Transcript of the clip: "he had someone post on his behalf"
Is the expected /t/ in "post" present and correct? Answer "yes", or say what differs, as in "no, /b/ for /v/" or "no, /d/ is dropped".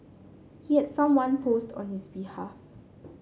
yes